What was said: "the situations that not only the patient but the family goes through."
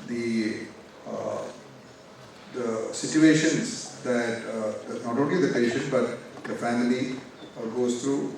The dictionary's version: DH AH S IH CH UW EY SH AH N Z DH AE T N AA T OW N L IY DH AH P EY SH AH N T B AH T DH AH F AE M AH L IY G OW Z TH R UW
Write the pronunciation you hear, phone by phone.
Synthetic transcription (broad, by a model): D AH S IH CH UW EY SH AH N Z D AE T N AA T OW N L IY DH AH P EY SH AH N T B AH T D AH F AE M AH L IY G OW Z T R UW